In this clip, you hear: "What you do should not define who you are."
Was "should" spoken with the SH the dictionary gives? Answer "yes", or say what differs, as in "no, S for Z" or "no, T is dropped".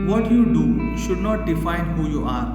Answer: yes